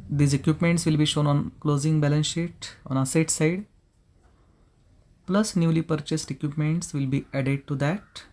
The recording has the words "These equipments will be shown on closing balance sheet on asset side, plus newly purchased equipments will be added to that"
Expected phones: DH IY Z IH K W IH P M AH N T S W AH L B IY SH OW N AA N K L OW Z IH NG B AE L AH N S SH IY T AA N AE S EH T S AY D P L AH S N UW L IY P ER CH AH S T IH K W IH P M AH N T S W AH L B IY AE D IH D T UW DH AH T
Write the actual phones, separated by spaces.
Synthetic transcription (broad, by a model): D IY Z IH K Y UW P M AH N T S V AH L B IY SH OW N AA N K L OW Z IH NG B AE L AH N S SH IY T AA N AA S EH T S AY D P L AH S N UW L IY P ER CH AH S T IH K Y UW P M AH N T S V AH L B IY AE D IH D T UW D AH T